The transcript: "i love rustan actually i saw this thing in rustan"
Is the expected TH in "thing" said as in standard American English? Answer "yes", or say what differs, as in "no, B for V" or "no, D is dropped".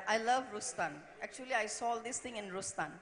no, T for TH